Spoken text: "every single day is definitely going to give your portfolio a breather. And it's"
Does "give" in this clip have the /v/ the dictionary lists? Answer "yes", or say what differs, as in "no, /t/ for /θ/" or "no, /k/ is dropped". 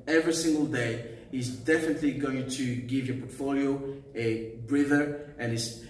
yes